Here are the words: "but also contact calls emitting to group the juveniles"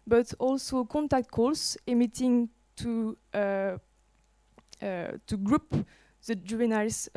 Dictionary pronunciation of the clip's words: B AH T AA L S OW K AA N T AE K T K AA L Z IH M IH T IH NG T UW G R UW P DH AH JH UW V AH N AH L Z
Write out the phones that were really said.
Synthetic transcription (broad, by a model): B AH T AA L S OW K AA N T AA K T K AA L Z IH M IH T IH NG T UW G R UW P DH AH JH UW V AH N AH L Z